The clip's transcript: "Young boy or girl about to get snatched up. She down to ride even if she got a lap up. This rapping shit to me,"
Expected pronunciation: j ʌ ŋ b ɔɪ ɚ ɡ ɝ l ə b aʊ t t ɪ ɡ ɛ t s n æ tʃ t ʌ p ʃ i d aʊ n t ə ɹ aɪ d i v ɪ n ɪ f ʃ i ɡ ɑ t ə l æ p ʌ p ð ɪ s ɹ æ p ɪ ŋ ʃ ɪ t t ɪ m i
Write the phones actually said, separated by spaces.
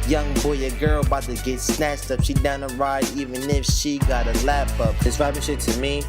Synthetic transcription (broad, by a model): j ʌ ŋ b ɔɪ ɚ ɡ ɝ l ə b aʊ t t ɪ ɡ ɛ t s n æ tʃ t ʌ p ʃ i d aʊ n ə ɹ aɪ d i v ɪ n ɪ f ʃ i ɡ ɑ t ə l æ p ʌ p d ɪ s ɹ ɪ b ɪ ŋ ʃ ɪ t t ɪ m i